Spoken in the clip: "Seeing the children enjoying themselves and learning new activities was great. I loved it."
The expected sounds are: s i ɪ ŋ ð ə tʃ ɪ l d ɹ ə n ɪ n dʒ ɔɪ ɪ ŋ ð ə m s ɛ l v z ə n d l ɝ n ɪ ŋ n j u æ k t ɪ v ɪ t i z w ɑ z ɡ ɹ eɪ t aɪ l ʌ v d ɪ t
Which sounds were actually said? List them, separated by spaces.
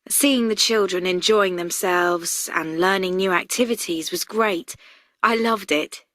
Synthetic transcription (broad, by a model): s i ɪ ŋ ð ə tʃ ɪ l d ɹ ə n ɪ n dʒ ɔɪ ɪ ŋ ð ə m s ɛ l v z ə n l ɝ n ɪ ŋ n j u æ k t ɪ v ɪ t i z w ɑ z ɡ ɹ eɪ t aɪ l ʌ v d ɪ t